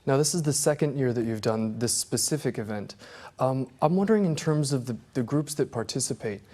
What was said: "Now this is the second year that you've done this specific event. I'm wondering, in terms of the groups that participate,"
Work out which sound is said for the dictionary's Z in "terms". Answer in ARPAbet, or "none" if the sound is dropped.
Z